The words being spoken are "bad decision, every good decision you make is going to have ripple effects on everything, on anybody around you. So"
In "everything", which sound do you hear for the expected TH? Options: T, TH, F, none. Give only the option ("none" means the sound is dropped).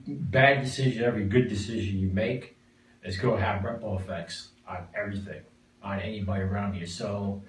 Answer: TH